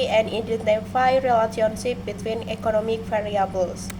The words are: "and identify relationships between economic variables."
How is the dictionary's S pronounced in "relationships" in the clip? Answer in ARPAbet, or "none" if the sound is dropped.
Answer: none